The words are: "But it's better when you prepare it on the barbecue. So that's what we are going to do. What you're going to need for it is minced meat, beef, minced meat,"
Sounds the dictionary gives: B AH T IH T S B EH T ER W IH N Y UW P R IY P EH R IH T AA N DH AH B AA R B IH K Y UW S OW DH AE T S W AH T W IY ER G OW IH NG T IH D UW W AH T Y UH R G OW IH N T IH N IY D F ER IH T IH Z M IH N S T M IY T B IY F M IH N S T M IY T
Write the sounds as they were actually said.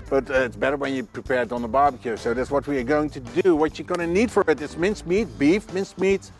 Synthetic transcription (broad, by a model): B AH T IH T S B EH T ER W IH N Y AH P R IY P EH R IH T N DH AH B AA R B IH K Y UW S OW DH AE T S W AH T W IY ER G OW IH NG T IH D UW W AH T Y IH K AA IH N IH N IY D F ER IH T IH S M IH N S M IY T B IY F M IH N S M IY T